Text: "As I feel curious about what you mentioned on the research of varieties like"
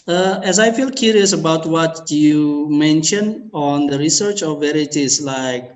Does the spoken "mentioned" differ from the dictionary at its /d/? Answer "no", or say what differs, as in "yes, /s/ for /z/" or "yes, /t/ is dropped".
yes, /d/ is dropped